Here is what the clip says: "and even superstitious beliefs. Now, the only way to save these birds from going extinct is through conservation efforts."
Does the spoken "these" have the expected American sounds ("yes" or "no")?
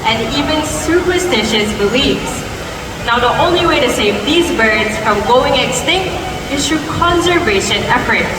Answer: yes